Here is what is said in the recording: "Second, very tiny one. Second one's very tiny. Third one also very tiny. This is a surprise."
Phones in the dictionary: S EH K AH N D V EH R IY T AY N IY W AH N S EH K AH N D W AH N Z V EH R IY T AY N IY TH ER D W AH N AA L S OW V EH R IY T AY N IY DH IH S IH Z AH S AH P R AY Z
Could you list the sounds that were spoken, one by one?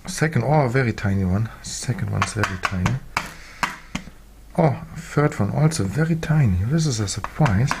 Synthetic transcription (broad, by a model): S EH K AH N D V EH R IY T AY N IY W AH N S EH K AH N D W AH N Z V EH R IY T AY N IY F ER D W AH N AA L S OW V EH R IY T AY N IY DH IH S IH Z AH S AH P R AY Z